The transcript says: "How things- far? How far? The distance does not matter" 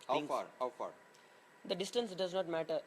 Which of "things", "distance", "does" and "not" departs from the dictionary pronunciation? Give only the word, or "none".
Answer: things